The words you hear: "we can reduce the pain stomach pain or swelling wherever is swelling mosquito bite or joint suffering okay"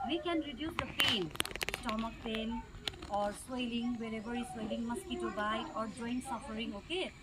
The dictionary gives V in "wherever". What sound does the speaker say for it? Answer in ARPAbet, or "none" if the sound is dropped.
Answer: B